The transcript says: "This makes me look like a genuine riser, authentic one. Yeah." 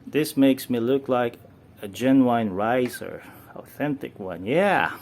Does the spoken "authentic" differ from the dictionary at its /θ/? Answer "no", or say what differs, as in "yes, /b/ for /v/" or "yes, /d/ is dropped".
no